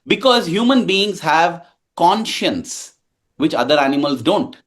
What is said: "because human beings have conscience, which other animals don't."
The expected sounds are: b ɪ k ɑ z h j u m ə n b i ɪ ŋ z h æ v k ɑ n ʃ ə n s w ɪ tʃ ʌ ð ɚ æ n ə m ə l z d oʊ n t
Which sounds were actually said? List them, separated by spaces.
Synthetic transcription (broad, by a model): b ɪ k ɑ z h j u m ə n b i ɪ ŋ z h æ v k ɑ n ʃ ə n s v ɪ tʃ ʌ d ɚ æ n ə m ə l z d oʊ n t